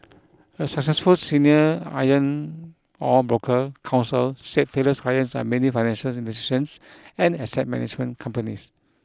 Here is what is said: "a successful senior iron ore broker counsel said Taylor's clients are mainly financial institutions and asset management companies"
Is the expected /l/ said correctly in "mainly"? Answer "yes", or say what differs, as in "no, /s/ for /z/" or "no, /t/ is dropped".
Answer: no, /l/ is dropped